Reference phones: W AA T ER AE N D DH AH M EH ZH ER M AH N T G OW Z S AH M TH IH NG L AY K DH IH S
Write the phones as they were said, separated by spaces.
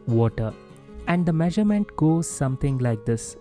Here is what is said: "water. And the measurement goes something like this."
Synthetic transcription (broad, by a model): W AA T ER AE N D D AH M EH ZH ER M AH N T G OW Z S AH M T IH NG L AY K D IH S